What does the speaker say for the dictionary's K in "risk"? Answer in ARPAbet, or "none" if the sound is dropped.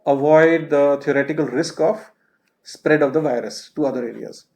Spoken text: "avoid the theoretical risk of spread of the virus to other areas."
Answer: K